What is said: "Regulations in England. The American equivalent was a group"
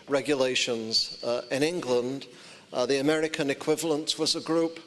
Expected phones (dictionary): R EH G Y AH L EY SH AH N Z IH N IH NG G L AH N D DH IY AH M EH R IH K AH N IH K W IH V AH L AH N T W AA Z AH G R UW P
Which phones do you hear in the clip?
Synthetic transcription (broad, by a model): R EH G Y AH L EY SH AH N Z IH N IH NG G L AH N D DH IY AH M EH R IH K AH N IH K W IH V AH L AH N T W AA Z AH G R UW P